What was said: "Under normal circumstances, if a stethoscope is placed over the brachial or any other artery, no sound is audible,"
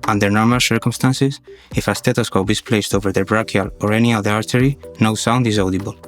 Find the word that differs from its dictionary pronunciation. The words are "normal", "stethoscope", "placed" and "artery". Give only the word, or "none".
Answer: stethoscope